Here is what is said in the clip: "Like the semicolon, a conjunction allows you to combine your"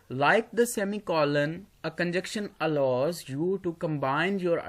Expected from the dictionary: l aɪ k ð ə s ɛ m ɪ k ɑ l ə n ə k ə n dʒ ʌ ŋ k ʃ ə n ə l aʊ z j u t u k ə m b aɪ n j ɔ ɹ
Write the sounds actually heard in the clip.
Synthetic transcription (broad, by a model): l aɪ k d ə s ɛ m ɪ k ɑ l ə n ə k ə n dʒ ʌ k ʃ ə n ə l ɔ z j u t u k ə m b aɪ n j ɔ ɹ